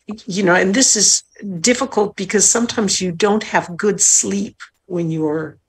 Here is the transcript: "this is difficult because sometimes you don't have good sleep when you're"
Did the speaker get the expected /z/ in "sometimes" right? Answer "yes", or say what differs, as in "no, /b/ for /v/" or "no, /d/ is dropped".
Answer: yes